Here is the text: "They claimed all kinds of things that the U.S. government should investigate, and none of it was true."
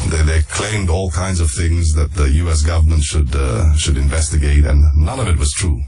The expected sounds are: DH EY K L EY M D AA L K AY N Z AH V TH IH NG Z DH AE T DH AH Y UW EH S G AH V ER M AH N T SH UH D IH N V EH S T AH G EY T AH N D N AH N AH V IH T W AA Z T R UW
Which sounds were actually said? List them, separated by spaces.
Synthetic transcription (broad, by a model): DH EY K L EY M D AA L K AY N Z AH V TH IH NG Z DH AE T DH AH Y UW EH S G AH V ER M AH N T SH UH D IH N V EH S T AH G EY T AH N N AH N AH V IH T W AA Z T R UW